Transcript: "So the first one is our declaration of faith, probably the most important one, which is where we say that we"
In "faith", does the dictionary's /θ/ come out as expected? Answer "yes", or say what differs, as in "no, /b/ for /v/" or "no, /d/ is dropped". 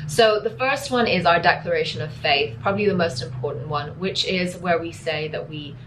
yes